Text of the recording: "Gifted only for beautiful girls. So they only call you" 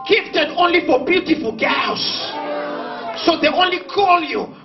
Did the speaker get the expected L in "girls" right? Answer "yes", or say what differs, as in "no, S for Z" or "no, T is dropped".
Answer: no, L is dropped